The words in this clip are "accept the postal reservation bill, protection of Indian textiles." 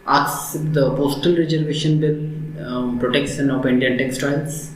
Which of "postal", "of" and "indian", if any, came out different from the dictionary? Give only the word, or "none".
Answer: of